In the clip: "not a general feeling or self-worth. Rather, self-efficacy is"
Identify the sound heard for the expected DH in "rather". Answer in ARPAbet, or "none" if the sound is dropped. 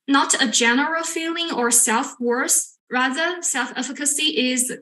DH